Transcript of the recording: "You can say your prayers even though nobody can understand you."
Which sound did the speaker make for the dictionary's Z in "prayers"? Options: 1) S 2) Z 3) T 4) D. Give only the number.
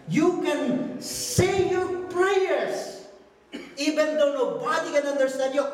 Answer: 1